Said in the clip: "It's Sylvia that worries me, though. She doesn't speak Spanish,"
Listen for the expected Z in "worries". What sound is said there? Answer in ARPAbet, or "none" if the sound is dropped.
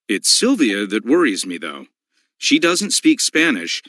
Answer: Z